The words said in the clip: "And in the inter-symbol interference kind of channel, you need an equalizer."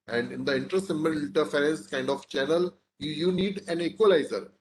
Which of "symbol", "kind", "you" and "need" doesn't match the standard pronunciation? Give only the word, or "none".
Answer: symbol